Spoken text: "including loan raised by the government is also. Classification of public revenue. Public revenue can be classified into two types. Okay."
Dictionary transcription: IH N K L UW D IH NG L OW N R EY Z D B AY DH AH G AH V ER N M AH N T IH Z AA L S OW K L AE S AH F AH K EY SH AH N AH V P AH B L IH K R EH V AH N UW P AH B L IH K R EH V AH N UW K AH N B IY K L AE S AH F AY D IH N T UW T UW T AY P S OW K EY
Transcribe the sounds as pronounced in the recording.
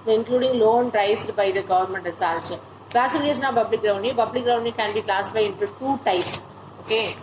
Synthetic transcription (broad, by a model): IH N K L UW D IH NG L OW N R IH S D B AY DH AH G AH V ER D M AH N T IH S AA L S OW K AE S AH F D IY AH N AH P AH B L IH K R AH AH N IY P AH B L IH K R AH AH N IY K AH N B IY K L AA S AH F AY IH N T UW T UW T AY P S OW K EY